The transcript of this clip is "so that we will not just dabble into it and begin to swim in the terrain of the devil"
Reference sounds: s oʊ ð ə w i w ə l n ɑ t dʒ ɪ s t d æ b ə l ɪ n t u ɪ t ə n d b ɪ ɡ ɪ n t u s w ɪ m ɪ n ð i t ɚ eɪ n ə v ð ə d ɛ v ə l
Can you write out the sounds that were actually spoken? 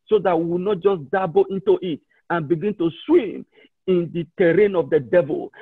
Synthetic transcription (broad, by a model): s oʊ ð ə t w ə n ɑ t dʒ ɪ s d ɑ b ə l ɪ n t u ɪ t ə n b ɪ ɡ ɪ n t u s w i m ɪ n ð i t ɚ eɪ n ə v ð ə d ɛ v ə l